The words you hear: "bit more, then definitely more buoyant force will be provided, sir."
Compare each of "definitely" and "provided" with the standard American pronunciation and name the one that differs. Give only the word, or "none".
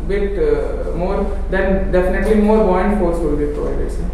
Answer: provided